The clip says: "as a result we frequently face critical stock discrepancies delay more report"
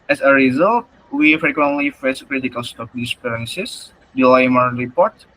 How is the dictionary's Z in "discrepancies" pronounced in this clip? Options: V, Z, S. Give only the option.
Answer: S